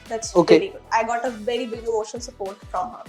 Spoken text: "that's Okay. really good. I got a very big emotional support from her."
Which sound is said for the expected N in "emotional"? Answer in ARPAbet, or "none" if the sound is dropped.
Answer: none